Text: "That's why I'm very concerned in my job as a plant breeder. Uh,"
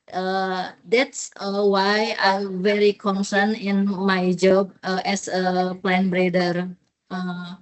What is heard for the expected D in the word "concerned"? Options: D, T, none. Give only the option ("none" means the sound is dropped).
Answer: none